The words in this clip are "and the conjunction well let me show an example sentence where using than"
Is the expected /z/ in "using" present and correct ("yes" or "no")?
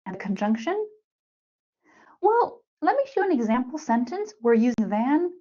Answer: yes